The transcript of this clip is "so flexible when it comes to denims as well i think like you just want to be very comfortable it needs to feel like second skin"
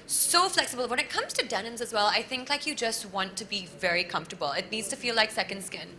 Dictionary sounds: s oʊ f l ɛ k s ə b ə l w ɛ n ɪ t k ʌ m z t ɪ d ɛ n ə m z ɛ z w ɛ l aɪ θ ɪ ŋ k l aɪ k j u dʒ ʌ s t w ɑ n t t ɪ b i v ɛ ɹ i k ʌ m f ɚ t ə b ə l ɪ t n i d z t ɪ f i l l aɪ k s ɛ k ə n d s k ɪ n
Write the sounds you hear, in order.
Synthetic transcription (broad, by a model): s oʊ f l ɛ k s ə b ə l w ɛ n ɪ t k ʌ m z t ɪ d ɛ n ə m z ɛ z w ɛ l aɪ θ ɪ ŋ k l aɪ k j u dʒ ʌ s t w ɑ n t t ɪ b i v ɛ ɹ i k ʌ m f t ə b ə l ɪ t n i d z t ɪ f i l l aɪ k s ɛ k ə n d s k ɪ n